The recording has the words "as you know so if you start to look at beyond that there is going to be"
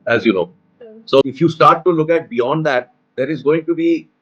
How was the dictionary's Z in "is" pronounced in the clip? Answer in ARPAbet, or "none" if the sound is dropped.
Z